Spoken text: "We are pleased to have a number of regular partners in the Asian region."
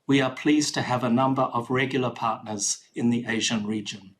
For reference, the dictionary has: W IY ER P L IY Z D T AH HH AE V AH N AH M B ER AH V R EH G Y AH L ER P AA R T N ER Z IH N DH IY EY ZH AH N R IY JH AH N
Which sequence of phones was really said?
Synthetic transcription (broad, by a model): W IY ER P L IY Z T AH V AH N AH M B ER AH V R EH G Y L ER P AA R T N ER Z IH N DH IY EY ZH AH N R IY JH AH N